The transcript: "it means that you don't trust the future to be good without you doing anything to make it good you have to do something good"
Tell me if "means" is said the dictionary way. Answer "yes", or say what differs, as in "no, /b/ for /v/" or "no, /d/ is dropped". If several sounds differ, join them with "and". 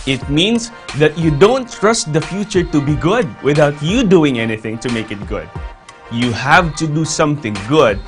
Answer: no, /s/ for /z/